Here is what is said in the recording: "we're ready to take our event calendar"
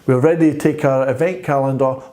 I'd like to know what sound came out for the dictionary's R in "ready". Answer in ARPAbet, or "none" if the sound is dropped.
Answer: R